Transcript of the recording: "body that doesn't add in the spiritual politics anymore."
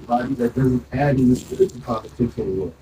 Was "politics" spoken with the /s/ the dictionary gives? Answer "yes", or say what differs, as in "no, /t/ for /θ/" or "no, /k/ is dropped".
no, /s/ is dropped